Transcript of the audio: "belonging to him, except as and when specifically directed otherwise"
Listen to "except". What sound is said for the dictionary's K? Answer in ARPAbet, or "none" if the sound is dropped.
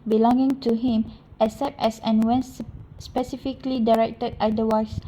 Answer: none